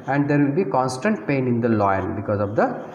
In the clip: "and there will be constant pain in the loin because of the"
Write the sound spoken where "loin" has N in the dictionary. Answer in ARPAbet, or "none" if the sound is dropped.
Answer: L